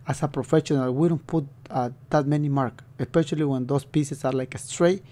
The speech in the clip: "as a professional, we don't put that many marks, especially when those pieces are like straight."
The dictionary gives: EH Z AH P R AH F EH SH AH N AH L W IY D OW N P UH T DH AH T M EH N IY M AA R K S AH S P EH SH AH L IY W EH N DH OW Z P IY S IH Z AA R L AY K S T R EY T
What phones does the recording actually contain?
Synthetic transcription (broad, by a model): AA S AH P R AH F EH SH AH N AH L W IY D OW N P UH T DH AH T M EH N IY M AA R K AH S P EH SH AH L IY W EH N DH OW S P IY S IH S AA R L AY K S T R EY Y